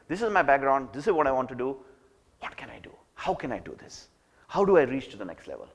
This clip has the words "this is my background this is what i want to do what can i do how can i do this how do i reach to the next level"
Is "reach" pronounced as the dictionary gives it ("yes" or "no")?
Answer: yes